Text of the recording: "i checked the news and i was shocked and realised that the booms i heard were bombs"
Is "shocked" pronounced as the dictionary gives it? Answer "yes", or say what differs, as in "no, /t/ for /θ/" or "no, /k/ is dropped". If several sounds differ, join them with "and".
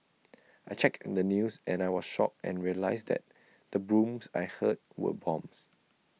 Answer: no, /t/ is dropped